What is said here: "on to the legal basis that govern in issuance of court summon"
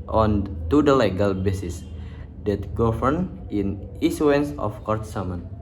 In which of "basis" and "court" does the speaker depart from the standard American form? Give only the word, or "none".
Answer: none